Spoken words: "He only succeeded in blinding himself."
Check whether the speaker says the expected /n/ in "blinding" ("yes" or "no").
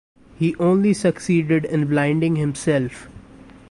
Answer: yes